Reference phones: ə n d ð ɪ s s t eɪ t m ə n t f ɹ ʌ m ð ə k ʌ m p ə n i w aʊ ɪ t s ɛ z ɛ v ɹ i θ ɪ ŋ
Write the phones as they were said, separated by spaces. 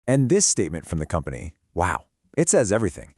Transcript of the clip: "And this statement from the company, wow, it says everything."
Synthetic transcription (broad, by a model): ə n ð ɪ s s t eɪ t m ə n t f ɹ ʌ m ð ə k ʌ m p ə n i w aʊ ɪ t s ɛ z ɛ v ɹ i θ ɪ ŋ